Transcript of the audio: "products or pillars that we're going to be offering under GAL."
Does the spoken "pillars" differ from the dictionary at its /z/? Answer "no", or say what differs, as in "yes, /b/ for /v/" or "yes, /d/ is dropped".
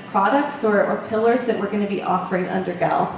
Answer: no